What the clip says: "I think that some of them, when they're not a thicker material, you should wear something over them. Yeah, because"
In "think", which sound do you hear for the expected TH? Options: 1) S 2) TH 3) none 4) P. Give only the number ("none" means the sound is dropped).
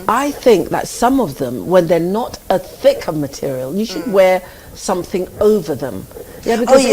2